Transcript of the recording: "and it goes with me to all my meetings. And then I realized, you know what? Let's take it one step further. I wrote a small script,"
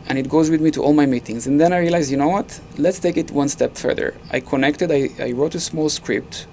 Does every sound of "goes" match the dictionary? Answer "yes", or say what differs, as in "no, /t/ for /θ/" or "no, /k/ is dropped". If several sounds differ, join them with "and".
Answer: yes